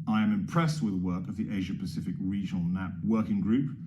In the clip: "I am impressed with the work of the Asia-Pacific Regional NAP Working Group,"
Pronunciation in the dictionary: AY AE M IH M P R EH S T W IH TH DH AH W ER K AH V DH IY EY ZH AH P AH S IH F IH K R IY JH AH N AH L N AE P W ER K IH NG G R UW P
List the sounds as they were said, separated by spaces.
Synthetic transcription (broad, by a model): AY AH M IH M P R EH S T W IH DH AH W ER K AH V DH IY EY ZH AH P AH S IH F IH K R IY JH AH N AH L N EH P W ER K IH NG G R UW P